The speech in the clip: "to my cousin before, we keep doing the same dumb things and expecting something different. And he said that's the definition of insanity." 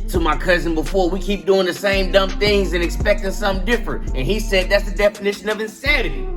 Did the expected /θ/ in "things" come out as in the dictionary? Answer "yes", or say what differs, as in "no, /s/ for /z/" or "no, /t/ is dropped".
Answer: yes